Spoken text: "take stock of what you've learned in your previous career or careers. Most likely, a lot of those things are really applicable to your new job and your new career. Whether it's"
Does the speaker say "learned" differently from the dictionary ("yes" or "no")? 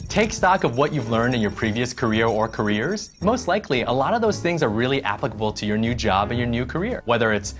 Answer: no